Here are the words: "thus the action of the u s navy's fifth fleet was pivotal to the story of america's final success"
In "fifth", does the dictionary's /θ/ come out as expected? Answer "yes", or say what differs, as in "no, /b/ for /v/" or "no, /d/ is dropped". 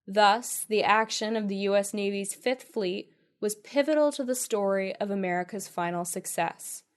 yes